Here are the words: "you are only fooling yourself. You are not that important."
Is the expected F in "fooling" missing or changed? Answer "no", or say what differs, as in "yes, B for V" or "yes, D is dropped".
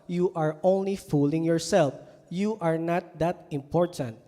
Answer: no